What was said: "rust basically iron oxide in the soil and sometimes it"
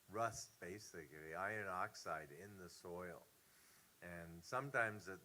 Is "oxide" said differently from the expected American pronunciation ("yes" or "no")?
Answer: no